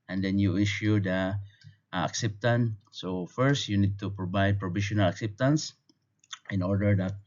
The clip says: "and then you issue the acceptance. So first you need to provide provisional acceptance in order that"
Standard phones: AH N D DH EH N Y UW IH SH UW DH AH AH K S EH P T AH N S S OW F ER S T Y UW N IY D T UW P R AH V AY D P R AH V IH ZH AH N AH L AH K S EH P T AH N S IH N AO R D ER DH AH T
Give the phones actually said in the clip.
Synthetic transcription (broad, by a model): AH N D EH N Y UW IH SH UW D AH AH K S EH P T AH N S S OW F ER S T Y UW N IY D T UW P R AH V AY D P R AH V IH SH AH N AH L AH K S EH P T AH N S IH N AO R D ER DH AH T